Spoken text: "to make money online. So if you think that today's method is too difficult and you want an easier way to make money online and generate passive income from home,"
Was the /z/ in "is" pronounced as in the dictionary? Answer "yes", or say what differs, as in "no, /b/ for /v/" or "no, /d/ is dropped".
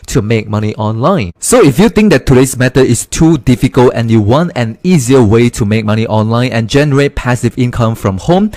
no, /s/ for /z/